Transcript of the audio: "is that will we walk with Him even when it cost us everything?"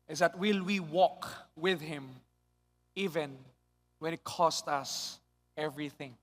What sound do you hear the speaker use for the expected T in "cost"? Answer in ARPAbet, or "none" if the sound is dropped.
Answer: T